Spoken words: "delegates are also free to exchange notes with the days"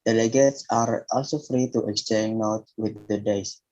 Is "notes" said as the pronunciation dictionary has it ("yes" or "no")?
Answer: no